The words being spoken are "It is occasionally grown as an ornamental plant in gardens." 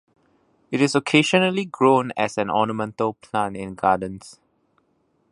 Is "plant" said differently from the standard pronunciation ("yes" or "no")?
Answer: yes